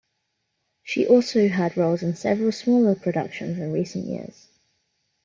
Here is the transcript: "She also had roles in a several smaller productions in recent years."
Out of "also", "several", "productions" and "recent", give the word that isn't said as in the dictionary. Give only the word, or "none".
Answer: none